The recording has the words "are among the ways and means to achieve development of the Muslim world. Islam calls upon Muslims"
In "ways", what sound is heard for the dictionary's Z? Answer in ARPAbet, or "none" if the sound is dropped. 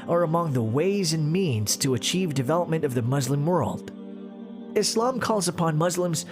Z